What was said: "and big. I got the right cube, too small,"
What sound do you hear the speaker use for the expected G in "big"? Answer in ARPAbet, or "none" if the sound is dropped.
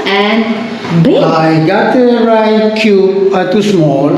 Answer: none